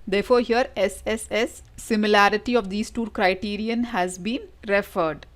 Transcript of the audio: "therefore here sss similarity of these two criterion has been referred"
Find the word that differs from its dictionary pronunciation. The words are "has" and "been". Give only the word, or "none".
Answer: none